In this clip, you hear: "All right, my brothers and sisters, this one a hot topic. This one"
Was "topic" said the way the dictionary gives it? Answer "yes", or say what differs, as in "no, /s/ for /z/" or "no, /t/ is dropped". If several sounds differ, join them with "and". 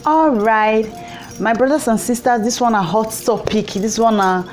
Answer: yes